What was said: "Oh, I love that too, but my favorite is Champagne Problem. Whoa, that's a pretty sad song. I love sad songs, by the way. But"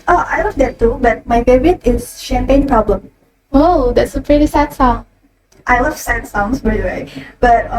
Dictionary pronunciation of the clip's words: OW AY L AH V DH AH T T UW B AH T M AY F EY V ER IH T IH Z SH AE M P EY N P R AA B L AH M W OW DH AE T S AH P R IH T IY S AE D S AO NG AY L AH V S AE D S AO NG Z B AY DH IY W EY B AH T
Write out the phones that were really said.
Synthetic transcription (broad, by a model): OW AY L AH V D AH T T UW B AH T M AY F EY B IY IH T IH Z SH AE M P EY N P R AA B L AH M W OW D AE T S AH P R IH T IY S AE D S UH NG AY L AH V S AE D S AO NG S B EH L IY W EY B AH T